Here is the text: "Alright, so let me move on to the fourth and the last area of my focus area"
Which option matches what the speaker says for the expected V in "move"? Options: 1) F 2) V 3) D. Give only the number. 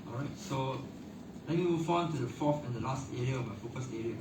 1